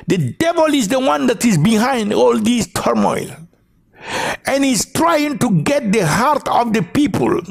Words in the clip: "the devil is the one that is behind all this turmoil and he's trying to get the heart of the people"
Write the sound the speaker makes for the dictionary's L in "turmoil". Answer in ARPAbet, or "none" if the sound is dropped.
L